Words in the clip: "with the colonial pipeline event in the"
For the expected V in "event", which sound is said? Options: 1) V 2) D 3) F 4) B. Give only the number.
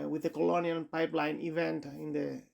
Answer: 1